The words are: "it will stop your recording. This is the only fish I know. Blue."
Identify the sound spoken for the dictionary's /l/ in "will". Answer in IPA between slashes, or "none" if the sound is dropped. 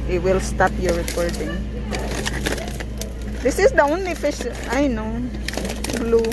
/l/